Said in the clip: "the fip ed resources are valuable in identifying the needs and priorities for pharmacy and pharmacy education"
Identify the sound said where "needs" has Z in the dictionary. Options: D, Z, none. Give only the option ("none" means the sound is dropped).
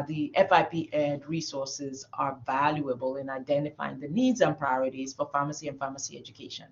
Z